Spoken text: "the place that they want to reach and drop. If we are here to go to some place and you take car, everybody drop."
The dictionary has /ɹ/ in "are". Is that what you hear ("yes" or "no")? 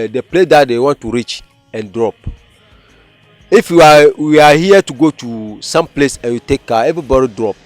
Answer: no